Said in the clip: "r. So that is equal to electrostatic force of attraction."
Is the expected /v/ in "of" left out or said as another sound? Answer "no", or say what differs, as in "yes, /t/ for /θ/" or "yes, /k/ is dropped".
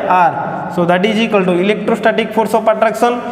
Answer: yes, /p/ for /v/